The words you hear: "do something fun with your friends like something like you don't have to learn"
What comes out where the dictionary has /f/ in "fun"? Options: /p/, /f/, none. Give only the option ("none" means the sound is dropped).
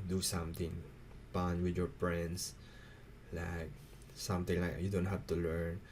/p/